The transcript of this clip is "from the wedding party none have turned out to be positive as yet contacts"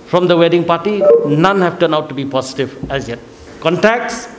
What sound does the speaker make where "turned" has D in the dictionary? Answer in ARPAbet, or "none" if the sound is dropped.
none